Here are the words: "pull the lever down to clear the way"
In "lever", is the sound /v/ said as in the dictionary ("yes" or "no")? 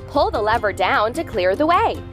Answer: yes